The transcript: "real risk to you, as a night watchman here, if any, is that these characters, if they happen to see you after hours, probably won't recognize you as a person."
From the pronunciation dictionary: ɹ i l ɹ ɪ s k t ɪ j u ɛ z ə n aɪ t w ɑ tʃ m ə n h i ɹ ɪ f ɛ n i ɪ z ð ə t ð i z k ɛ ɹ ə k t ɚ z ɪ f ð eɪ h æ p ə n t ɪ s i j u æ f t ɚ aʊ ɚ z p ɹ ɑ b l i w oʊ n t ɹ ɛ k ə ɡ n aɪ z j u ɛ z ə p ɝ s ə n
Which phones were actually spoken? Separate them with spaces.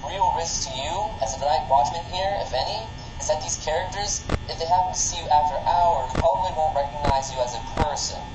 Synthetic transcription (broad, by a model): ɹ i l ɹ ɪ s k t ɪ j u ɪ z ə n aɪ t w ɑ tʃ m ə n h i ɹ ɪ f ɛ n i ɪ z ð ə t ð i z k ɛ ɹ ə k t ɚ z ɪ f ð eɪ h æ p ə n t ɪ s i j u æ f t ɚ aʊ ɚ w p ɑ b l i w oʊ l ɹ ɛ k ə ɡ n aɪ z j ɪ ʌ z ə p ɝ s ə n